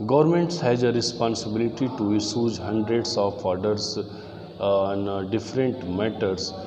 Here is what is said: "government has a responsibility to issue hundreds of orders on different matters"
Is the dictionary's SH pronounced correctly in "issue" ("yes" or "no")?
no